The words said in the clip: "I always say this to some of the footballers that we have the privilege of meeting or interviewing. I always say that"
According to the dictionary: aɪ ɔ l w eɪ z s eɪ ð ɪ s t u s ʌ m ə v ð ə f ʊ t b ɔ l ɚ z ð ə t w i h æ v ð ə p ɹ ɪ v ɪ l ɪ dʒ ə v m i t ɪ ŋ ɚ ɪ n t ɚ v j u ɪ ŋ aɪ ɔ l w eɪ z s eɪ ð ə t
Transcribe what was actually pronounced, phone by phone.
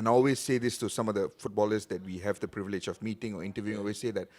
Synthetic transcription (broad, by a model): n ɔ l w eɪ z s eɪ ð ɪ s t u s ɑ m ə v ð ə f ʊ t b ɔ l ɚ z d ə t w i h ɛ v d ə p ɹ ɪ v ɪ l ɪ dʒ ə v m i t ɪ ŋ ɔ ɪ n t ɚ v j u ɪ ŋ ɔ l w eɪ s eɪ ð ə t